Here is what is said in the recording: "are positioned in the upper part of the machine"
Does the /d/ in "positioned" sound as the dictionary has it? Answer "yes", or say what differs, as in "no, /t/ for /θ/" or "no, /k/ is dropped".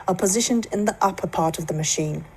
yes